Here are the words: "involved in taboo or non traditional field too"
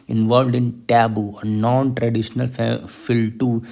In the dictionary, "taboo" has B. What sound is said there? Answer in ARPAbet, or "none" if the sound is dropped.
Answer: B